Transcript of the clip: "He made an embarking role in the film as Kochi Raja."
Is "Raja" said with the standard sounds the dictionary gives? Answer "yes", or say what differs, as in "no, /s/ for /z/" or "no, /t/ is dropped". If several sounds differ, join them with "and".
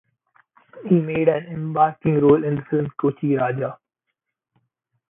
yes